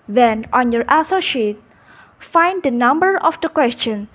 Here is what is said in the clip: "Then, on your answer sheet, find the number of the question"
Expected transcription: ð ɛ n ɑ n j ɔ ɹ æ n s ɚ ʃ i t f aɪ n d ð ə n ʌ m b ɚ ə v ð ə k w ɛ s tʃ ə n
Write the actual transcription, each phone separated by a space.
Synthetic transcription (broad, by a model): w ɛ n ɑ n j ɔ ɹ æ s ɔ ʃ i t f aɪ n d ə n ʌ m b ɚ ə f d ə k w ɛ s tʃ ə n